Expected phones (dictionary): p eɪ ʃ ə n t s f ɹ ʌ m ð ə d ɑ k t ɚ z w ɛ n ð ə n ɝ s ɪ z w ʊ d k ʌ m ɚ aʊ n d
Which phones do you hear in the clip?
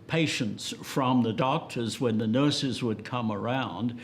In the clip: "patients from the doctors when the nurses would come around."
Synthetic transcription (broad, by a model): p eɪ ʃ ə n t s f ɹ ʌ m ð ə d ɑ k t ɚ z w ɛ n ð ə n ɝ s ɪ z w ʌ d k ʌ m ɚ aʊ n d